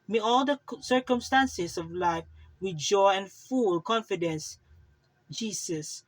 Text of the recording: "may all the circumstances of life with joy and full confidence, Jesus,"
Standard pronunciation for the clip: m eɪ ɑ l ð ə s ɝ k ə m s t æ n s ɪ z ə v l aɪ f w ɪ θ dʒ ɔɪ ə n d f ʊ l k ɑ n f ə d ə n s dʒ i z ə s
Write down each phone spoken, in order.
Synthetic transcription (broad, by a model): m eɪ ɑ l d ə s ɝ k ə m s t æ n s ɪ s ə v l aɪ f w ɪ dʒ ɔɪ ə n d f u l k ɑ n f ə d ə n s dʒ i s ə s